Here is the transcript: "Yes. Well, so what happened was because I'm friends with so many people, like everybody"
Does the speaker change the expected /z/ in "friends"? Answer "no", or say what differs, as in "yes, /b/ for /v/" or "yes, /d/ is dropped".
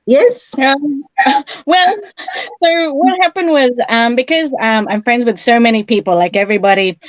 no